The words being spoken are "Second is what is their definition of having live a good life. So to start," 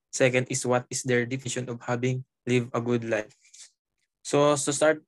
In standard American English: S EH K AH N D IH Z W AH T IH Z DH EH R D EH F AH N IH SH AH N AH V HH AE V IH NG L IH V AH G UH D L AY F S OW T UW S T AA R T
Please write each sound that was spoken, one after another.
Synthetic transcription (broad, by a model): S EH K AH N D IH S W AH T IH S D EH R D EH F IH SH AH N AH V HH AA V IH NG L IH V AH G UH D L AY F S OW S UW S T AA R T